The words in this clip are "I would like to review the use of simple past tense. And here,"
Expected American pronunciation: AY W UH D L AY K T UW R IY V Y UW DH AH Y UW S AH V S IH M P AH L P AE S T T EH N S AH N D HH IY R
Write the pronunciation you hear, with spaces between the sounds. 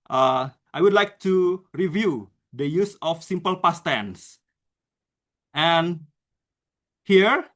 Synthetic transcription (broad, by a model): AY W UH D L AY K T UW R IY V Y UW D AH Y UW S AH F S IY M P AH L P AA S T T EH N S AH N HH IY R